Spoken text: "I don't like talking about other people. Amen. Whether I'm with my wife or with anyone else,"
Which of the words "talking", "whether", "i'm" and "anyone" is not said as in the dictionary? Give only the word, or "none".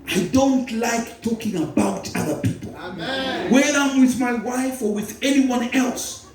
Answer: whether